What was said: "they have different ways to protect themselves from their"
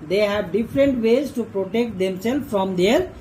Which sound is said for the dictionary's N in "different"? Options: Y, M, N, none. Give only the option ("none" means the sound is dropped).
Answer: N